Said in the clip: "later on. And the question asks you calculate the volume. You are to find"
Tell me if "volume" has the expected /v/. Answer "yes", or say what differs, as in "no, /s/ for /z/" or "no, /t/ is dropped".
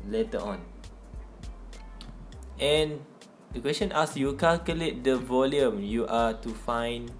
yes